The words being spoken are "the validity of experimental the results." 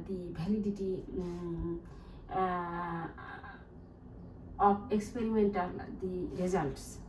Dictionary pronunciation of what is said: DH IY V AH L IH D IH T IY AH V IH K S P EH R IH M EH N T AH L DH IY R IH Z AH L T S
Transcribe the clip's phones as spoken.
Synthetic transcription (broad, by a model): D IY B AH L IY D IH T IY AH P IH K S P EH R IH M EH N T AH L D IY R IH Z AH L T S